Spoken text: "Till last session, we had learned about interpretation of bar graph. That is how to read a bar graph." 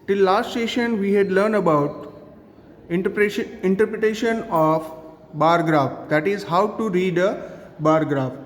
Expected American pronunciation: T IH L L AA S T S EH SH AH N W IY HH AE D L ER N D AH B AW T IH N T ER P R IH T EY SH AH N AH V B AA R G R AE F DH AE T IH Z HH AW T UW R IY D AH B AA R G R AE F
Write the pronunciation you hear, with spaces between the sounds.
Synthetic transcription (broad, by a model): T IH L L AA S T S EH SH AH N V IY HH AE D L ER N D AH B AW T IH N T ER P R IH T EY SH AH N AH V B AA R G R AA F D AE T IH Z HH AW T UW R IY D AH B AA R G R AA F